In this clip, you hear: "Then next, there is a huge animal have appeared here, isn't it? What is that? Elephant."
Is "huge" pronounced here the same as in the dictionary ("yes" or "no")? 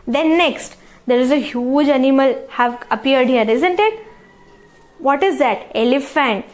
yes